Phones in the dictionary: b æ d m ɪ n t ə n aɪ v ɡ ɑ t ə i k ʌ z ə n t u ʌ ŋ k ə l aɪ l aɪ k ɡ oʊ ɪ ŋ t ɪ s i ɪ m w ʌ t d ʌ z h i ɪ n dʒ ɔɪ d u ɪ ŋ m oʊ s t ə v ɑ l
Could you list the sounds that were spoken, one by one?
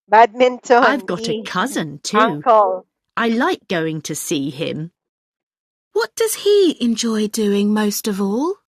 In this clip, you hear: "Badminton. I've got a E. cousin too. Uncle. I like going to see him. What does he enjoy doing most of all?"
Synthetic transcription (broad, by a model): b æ d m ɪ n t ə aɪ v ɡ ɑ t ə k ʌ z ə n t u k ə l aɪ l aɪ k ɡ oʊ ɪ ŋ t ɪ s i ɪ m w ʌ t d ʌ z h i ɪ n dʒ ɔɪ d u ɪ ŋ m oʊ s t ə v ɑ l